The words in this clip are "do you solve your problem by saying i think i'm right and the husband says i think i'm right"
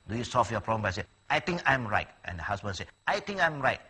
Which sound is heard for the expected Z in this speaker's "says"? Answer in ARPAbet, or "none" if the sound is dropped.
none